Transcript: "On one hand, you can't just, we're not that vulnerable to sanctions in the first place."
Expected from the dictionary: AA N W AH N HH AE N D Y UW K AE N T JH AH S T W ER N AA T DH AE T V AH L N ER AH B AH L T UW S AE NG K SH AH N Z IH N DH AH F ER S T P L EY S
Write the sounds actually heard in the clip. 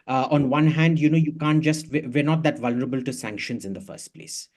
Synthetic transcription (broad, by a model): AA N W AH N HH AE N D Y UW K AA N T JH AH S T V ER N AA T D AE T V AH L N ER AH B AH L T UW S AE NG K SH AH N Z IH N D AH F ER S T P L EY S